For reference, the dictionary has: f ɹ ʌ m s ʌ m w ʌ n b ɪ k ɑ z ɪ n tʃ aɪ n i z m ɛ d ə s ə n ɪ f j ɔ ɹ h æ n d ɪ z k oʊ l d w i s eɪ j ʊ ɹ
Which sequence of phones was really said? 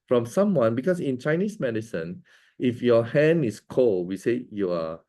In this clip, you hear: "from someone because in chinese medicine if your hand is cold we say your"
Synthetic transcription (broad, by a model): f ɹ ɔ m s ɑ m w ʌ n b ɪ k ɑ s ɪ n tʃ aɪ n i s m ɛ d ə s ə n ɪ f j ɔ h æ n ɪ s k oʊ l w i s eɪ j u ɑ